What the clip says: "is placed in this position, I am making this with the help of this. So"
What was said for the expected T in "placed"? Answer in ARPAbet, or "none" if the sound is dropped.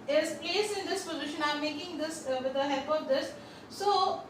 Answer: none